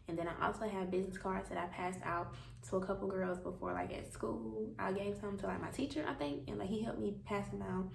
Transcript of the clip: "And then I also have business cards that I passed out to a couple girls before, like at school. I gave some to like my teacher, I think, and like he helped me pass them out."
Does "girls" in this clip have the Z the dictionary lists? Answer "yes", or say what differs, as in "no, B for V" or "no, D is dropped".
yes